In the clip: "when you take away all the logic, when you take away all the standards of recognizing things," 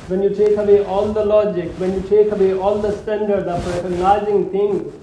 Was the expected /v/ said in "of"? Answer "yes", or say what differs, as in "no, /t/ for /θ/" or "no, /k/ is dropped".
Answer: no, /p/ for /v/